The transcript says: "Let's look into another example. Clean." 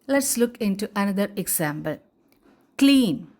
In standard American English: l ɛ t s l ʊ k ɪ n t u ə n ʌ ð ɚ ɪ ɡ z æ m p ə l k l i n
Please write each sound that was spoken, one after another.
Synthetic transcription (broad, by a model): l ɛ t s l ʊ k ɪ n t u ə n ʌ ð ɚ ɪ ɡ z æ m b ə l k l i n